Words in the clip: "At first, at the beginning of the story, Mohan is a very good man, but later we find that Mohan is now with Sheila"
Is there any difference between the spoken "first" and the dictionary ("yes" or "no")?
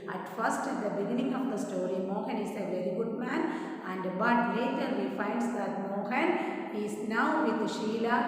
no